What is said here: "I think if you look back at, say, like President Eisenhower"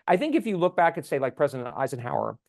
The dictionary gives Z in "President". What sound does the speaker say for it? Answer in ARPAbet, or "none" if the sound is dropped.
Z